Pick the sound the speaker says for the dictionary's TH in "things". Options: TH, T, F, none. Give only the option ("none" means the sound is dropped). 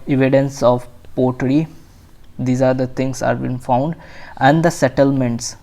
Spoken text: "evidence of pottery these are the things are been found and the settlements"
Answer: T